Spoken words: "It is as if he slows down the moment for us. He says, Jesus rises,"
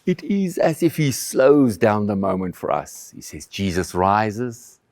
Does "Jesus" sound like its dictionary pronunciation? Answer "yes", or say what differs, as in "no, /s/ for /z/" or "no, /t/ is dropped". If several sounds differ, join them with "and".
yes